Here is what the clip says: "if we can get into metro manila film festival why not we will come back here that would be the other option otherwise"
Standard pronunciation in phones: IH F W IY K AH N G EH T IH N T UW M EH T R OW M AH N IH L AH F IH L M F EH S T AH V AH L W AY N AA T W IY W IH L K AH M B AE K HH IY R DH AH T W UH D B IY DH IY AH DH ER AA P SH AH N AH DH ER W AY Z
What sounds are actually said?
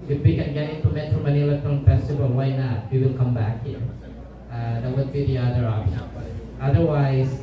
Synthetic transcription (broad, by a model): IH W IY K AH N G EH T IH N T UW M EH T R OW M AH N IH L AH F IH M F EH S T AH V AH L W AY N AA T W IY W IH L K AH M B AE K HH IY R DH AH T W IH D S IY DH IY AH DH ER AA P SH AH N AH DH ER W AY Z